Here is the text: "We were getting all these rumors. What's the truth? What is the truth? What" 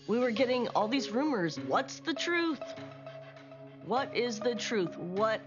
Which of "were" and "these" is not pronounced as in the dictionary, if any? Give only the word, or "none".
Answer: none